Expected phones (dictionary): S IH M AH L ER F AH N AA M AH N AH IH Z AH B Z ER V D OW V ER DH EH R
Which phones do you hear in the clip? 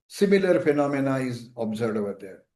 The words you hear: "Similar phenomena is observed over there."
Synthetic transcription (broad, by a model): S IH M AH L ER F AH N AA M AH N AH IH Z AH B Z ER D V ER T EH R